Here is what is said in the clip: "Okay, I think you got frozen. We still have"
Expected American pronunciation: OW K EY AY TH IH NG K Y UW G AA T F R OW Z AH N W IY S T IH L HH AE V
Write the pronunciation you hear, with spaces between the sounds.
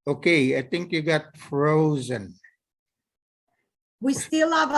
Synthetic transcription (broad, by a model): OW K EY AY TH IH NG K Y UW G AA T F R OW Z AH N W IY S T IH L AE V